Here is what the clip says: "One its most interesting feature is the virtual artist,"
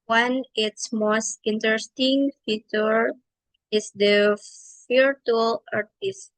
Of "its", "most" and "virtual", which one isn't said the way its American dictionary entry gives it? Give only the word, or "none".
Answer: virtual